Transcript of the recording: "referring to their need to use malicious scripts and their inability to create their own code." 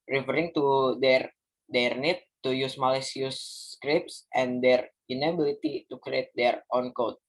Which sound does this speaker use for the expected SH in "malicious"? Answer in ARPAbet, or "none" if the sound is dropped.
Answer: S